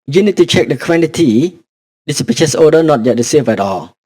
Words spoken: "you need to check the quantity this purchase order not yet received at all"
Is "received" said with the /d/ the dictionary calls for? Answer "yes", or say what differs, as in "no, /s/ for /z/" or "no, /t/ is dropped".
no, /d/ is dropped